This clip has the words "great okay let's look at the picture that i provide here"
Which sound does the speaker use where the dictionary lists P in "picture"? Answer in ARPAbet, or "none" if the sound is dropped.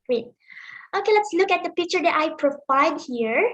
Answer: P